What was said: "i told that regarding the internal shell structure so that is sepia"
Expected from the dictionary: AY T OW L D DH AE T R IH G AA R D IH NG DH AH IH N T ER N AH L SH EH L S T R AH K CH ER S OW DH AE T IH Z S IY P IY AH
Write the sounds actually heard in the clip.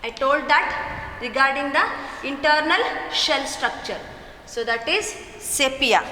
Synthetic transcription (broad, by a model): AY T OW L D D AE T R IH G AA R D IH NG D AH IH N T ER N AH L SH EH L S T R AH K CH ER S OW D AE T IH Z S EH P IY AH